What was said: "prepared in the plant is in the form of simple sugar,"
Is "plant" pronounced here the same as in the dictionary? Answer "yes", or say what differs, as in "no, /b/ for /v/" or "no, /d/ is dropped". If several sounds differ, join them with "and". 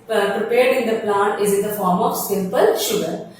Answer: no, /n/ is dropped